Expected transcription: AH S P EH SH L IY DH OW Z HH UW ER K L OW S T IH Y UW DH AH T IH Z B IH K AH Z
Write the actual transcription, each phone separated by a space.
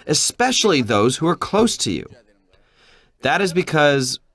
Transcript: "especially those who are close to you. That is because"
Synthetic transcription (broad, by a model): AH S P EH SH L IY DH OW Z HH UW ER K L OW S T IH Y UW DH AH T IH Z B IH K AH Z